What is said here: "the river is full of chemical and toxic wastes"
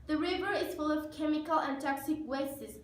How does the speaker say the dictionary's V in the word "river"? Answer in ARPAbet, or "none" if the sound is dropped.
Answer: V